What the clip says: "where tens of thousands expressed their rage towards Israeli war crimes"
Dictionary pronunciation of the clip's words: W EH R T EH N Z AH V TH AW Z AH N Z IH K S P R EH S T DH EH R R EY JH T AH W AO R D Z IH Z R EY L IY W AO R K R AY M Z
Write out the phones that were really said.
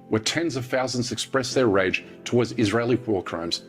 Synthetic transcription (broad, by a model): W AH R T EH N Z AH V TH AW Z AH N Z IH K S P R EH S DH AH R R EY JH T AH W AO R D Z IH Z R EY L IY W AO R K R AY M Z